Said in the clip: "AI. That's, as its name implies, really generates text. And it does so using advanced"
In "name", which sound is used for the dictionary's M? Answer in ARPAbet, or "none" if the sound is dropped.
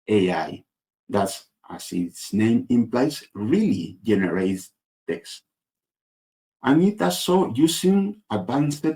M